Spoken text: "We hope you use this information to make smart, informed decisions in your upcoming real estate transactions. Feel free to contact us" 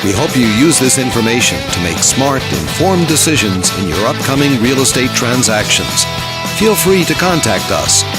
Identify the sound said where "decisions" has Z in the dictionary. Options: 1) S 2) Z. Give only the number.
2